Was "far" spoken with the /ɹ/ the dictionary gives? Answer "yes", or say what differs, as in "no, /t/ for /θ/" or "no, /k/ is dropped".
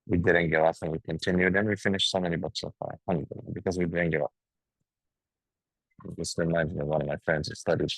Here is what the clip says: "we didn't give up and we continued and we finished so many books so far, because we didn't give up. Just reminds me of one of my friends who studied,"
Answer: no, /l/ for /ɹ/